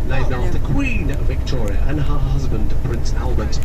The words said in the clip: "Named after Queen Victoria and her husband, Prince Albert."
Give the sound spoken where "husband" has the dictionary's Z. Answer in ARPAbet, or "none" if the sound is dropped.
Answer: Z